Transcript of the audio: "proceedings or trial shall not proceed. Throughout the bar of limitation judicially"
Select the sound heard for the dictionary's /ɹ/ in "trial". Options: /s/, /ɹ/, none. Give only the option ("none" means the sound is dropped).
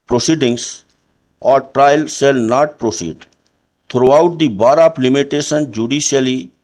/ɹ/